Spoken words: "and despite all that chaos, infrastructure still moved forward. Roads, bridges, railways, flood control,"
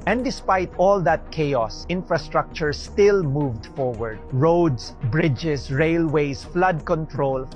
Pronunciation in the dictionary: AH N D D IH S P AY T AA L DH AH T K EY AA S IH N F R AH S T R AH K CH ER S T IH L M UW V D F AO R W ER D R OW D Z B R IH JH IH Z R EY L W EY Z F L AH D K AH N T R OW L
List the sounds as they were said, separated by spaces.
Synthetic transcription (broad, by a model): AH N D D IH S P AY T AA L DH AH T K EY AA S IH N F R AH S T R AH K CH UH S T IH L M UW V D F AO R W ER D R OW D S B R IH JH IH S R EY L W EY S F L AH D K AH N T R OW L